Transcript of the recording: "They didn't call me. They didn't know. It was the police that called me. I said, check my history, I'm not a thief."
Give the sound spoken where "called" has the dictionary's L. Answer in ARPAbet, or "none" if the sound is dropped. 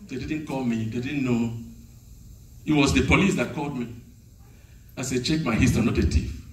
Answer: L